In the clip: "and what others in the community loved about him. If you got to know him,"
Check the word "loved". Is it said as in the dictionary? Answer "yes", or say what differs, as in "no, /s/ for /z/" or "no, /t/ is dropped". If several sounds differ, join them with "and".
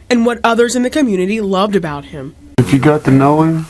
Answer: yes